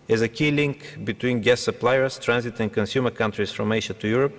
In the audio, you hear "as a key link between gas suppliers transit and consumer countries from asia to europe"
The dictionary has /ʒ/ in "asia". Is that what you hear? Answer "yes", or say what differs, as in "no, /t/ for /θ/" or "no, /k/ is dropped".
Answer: no, /ʃ/ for /ʒ/